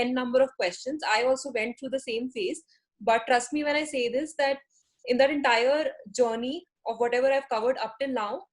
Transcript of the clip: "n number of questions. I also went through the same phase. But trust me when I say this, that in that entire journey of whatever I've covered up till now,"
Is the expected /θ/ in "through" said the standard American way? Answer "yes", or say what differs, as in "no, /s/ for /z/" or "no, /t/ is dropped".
no, /t/ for /θ/